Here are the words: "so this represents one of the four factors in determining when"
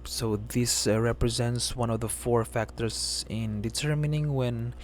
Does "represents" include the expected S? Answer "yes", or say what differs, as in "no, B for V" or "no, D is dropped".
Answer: yes